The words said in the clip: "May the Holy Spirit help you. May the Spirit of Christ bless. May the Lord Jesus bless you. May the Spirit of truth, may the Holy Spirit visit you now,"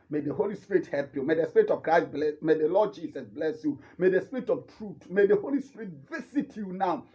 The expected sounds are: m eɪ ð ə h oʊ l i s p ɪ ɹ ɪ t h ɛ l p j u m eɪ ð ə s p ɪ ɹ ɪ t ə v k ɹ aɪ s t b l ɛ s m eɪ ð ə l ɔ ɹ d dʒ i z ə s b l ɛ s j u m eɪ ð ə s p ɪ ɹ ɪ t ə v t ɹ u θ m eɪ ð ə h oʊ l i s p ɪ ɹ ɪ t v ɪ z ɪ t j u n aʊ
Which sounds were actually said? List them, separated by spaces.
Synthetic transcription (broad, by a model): m eɪ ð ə h oʊ l i s p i ɹ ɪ t h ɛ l p j u m eɪ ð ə s p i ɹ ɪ t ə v k ɹ aɪ s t b l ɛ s m eɪ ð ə l ɔ d dʒ i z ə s b l ɛ s j u m eɪ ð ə s p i ɹ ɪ t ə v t ɹ u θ m eɪ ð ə h oʊ l i s p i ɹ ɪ t v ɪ s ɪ t j u n aʊ